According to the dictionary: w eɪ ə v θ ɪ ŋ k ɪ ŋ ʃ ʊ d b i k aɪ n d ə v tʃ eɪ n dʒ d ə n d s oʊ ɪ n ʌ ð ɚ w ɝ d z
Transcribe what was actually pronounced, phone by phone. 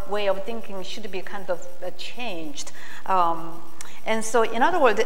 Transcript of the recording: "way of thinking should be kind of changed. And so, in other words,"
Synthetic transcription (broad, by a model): w eɪ ə v θ ɪ ŋ k ɪ ŋ ʃ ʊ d b i k aɪ n d ə v tʃ eɪ n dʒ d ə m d s oʊ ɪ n ʌ ð ɚ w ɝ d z